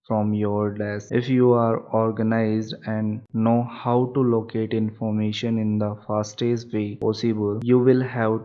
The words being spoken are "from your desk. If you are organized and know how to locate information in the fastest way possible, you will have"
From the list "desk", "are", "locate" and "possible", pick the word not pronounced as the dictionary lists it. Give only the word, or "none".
desk